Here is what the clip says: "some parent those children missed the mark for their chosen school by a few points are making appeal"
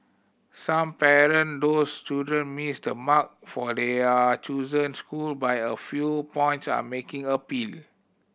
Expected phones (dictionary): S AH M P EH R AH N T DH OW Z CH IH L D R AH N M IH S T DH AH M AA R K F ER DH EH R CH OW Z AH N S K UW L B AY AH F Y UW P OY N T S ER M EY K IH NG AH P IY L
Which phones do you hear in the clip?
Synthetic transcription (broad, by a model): S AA M P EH R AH N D OW S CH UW D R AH N M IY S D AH M AA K F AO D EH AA CH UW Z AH N S K UW L B AY AH F Y UW P OY N T S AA M EY K IH NG AH P IY L